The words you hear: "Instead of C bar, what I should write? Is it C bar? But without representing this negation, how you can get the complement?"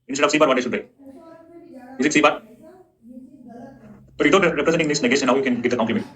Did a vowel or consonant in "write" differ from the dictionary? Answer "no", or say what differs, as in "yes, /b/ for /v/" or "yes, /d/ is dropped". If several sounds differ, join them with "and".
yes, /t/ is dropped